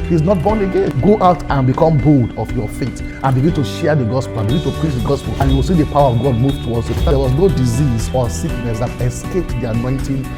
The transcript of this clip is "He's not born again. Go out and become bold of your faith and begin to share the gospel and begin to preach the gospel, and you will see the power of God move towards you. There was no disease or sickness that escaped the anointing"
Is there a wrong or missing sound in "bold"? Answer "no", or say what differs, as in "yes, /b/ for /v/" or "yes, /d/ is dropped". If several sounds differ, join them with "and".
no